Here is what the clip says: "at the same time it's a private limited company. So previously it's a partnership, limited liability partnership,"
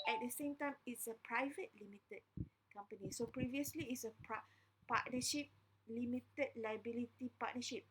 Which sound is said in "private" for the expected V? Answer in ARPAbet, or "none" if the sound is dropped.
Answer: V